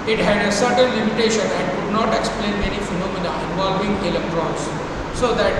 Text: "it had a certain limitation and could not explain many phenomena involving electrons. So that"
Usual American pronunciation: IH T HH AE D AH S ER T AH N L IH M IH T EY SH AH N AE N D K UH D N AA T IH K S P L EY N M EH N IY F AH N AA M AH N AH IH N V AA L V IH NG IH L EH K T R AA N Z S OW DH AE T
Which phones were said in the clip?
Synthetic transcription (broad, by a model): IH T HH AE D AH S ER T AH N L IH M IH T EY SH AH N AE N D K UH D N AA T IH K S P L EY N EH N IY F AH N AA M AH N AH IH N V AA L V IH NG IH L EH K T R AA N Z S OW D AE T